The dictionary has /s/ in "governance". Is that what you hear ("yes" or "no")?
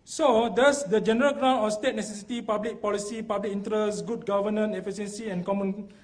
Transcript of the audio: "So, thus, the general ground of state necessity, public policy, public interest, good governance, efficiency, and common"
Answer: no